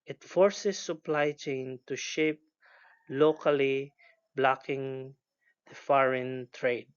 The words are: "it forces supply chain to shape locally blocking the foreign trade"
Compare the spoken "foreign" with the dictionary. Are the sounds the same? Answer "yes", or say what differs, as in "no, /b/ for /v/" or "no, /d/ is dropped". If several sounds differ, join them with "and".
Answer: yes